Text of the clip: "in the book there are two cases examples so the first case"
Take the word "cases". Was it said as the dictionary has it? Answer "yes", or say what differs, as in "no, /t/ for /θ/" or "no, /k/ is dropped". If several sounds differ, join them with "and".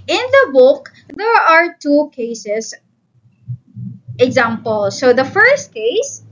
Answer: no, /s/ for /z/